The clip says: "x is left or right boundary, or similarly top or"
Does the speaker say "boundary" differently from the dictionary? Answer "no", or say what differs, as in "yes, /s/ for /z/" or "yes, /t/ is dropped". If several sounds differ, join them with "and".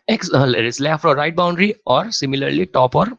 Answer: no